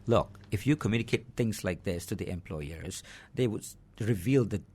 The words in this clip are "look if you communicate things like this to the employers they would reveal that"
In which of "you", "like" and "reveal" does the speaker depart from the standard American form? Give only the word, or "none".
none